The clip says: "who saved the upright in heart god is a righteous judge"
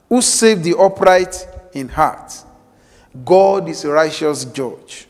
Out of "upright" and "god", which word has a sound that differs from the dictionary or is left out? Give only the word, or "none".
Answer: none